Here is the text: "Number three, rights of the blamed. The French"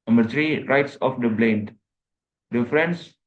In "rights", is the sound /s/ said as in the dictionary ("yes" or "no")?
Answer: yes